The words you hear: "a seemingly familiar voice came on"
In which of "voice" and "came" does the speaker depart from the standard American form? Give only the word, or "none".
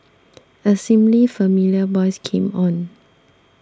voice